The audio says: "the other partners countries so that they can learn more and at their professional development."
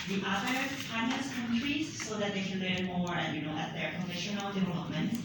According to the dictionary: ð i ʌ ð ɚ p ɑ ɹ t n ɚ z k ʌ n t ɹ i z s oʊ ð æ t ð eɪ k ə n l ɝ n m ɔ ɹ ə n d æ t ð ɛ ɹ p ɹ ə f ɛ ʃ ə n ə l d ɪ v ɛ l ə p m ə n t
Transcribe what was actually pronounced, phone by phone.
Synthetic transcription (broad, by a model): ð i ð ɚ f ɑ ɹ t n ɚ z k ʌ n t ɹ i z s oʊ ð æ t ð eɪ k ə n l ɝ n m ɔ ɹ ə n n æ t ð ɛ ɹ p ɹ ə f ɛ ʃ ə n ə l d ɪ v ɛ l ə p m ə n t